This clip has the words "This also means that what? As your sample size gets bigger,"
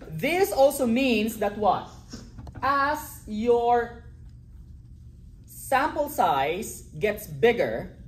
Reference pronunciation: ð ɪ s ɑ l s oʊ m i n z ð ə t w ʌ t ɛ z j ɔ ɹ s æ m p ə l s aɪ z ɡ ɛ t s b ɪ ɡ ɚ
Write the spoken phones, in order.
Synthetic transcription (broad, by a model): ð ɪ s ɑ l s oʊ m i n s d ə t w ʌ t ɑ s j ɔ ɹ s æ m p ə l s aɪ s ɡ ɛ t s b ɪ ɡ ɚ